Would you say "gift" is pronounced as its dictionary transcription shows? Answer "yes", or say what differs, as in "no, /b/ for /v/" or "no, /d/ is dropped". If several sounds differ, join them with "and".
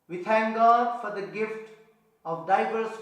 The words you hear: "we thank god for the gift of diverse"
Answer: yes